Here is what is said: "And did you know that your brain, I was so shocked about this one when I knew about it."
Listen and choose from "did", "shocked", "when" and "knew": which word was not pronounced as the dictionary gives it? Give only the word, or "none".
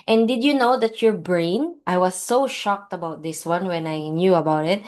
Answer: none